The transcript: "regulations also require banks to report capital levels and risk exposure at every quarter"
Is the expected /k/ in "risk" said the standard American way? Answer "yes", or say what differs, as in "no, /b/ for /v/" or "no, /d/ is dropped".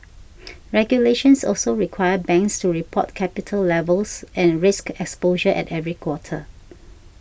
yes